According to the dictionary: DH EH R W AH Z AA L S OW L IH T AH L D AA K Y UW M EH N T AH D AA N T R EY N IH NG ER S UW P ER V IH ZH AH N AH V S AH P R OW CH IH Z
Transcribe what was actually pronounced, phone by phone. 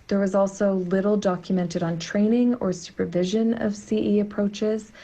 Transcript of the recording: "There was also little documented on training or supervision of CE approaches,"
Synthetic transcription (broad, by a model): DH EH R W AH Z AA L S OW L IH T L D AA K Y UW M EH N T AH D N T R EY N IH NG ER S UW P ER V IH ZH AH N AH V S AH P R OW CH IH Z